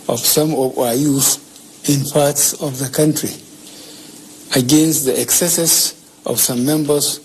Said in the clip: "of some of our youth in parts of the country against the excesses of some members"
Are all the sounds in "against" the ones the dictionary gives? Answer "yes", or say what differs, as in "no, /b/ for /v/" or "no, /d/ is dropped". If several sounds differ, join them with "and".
yes